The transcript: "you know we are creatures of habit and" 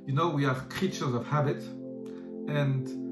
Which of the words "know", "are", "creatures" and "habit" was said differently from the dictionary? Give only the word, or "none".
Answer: none